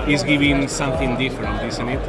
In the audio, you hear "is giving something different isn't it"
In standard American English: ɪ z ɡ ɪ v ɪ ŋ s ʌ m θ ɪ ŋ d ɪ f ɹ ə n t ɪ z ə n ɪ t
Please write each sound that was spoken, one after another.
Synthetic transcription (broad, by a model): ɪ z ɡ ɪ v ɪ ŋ s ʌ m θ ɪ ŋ d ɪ f ɹ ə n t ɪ s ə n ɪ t